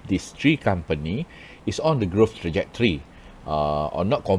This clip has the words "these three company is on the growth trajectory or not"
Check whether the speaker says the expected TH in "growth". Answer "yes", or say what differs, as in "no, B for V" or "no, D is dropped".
no, F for TH